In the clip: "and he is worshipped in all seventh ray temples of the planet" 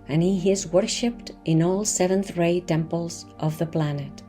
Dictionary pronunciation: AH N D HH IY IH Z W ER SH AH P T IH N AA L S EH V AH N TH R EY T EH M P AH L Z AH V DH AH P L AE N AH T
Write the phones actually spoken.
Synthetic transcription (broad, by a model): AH N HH IY IH Z W ER SH AH P T IH N AA L S EH V AH N TH R EY T EH M P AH L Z AH V DH AH P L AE N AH T